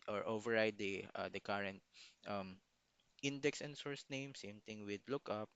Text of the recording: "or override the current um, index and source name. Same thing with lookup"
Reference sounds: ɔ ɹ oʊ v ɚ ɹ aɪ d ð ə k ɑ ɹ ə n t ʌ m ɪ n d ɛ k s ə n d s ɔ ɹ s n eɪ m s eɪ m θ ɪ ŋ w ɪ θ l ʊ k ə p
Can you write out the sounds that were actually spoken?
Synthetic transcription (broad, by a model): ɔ ɹ oʊ v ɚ ɹ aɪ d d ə k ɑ ɹ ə n t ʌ m ɪ n d ɛ k s ə n d s ɔ ɹ s n eɪ m s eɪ m t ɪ ŋ w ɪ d l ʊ k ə p